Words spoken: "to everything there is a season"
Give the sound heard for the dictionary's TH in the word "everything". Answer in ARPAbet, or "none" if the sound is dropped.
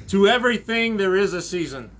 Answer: TH